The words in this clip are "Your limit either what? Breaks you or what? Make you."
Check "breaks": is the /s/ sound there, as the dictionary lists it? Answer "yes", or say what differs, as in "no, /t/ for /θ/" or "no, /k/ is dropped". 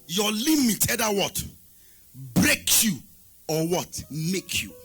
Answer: no, /s/ is dropped